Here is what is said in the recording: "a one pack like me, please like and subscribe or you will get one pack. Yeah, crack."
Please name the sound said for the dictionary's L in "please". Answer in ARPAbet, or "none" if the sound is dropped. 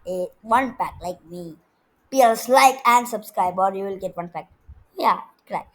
none